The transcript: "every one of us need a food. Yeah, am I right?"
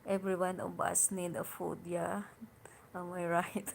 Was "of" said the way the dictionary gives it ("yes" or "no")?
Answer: no